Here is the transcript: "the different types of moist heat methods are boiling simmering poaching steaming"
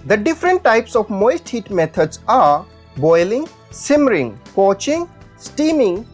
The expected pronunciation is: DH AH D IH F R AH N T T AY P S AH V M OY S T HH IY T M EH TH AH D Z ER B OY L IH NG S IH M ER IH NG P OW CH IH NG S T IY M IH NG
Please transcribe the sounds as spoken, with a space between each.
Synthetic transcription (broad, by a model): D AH D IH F R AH N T T AY P S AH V M OY S T HH IY T M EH T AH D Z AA B OY L IH NG S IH M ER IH NG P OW CH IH NG S T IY M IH NG